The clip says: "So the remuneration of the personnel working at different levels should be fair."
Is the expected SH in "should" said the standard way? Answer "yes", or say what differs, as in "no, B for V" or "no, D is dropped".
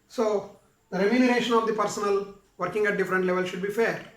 yes